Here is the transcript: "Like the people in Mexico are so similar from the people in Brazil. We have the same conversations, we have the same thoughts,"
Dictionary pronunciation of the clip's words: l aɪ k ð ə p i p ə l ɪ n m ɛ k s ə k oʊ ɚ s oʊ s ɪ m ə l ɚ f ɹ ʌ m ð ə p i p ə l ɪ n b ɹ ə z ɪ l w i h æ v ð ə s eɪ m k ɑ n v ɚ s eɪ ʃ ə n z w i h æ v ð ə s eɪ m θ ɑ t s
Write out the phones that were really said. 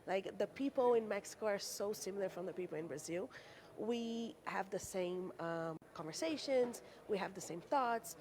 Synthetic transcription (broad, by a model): l aɪ k ð ə p i p l ɪ n m ɛ k s ə k oʊ ɚ s oʊ s ɪ m l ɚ f ɹ ʌ m ð ə p i p l ɪ n b ɹ ə z ɪ l w i h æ v ð ə s eɪ m k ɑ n v ɚ s eɪ ʃ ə n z w i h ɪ v ð ə s eɪ m θ ɑ t s